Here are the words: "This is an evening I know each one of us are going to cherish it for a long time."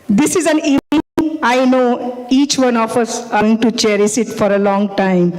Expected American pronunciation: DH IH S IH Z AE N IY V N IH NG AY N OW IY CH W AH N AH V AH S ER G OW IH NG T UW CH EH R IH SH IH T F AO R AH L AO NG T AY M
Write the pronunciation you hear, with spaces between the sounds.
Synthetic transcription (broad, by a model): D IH S IH Z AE N IY V N IH NG AY N OW IY CH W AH N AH F AH S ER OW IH NG T UW CH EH R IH S IH T F AO R AH L AO NG T AY M